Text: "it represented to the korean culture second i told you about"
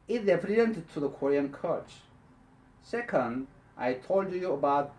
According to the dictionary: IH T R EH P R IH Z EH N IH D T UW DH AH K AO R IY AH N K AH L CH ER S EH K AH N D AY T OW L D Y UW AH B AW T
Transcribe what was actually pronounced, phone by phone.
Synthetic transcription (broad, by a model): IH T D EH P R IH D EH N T T UW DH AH K AO R IY AH N K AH CH S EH K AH N D AY T OW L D Y UW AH B AW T